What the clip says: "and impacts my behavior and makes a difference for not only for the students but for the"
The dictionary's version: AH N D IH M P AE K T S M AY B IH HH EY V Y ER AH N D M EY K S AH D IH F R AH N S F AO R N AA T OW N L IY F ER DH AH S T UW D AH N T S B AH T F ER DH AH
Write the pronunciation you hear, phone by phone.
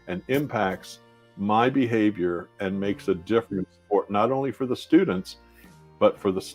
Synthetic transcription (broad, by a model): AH N IH M P AE K T S M AY B IH HH EY V Y ER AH N M EY K S AH D IH F R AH N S P AO R N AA T OW N L IY F ER DH AH S T UW D N T S B AH T F ER DH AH